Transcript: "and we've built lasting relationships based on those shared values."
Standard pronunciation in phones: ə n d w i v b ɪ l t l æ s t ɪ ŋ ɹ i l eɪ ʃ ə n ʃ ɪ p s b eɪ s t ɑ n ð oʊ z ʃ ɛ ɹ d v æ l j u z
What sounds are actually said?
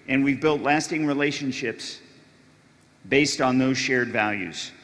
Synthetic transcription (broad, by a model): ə n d w i v b ɪ l t l æ s t ɪ ŋ ɹ i l eɪ ʃ ə n ʃ ɪ p s b eɪ s t n ð oʊ z ʃ ɛ ɹ d v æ l j u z